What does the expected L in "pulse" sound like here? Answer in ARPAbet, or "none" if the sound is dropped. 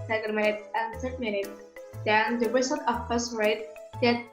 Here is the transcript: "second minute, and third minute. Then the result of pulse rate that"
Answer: none